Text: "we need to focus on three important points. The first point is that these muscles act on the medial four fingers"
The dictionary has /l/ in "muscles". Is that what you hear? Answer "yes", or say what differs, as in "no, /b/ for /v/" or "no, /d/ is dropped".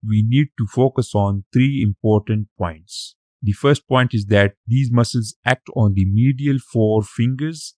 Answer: yes